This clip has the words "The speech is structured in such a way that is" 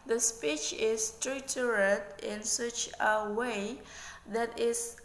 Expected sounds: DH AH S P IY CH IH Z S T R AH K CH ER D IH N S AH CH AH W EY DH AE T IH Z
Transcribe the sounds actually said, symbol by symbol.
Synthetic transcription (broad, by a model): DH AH S P IY CH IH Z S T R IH CH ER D IH N S AH CH AH W EY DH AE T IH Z